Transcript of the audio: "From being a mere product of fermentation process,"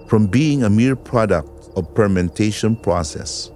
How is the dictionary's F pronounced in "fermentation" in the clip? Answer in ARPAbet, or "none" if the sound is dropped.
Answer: P